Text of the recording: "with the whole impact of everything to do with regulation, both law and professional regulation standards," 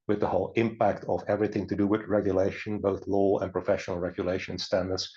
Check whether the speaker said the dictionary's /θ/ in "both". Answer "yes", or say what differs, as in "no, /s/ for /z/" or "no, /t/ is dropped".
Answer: yes